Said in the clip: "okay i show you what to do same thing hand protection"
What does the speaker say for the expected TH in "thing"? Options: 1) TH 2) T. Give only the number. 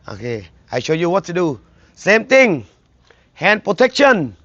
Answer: 2